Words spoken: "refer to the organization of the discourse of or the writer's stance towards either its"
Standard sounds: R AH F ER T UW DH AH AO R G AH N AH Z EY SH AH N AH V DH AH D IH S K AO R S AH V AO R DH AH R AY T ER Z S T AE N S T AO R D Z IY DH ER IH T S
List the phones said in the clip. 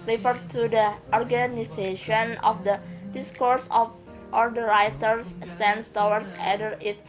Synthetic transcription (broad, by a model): R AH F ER T UW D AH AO R G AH N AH S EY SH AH N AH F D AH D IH S K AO R S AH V AO R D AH R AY T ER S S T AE N S T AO W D S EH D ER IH T